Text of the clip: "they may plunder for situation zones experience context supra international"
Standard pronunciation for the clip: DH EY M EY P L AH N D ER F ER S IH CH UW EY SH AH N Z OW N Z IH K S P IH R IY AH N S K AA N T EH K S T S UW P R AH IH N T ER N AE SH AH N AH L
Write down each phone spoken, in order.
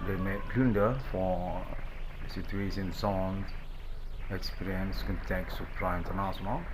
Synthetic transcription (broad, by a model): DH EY M EY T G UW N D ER F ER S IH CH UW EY S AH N S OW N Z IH K S P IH R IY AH N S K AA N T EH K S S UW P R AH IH N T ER N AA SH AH N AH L